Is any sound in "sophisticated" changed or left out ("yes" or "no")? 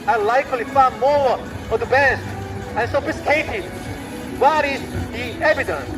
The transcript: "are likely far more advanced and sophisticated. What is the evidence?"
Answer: yes